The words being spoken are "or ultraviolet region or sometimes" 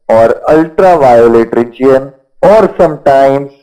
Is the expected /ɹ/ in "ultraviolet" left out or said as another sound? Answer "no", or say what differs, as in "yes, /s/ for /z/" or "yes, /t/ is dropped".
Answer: no